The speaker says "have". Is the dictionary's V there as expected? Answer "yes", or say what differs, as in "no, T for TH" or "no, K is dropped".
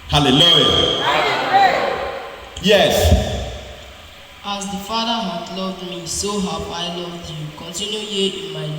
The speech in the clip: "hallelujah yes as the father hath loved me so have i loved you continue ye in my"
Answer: no, P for V